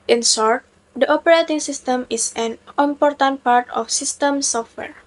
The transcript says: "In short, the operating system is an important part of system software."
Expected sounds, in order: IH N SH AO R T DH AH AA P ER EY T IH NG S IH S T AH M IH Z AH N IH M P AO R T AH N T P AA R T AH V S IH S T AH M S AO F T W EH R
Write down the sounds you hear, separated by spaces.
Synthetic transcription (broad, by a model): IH N S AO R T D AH AA P ER EY T IH NG S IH S T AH M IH S AH N IH M P AO R T AH N T P AA R T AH F S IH S T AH M S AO F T W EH R